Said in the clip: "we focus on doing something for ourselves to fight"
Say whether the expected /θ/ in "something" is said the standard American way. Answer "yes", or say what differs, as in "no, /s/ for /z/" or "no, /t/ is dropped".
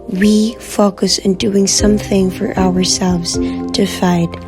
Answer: yes